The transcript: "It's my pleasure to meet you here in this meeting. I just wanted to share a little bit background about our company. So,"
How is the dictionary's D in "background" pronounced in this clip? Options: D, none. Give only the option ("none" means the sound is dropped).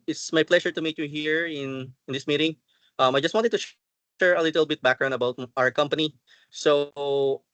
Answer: none